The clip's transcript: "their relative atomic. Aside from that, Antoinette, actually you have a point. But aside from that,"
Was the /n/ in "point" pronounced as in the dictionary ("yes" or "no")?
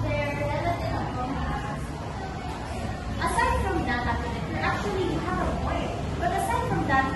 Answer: no